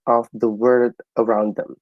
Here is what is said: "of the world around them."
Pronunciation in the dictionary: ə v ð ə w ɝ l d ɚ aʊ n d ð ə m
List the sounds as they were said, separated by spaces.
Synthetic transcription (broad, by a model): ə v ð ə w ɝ d ɚ aʊ n d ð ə m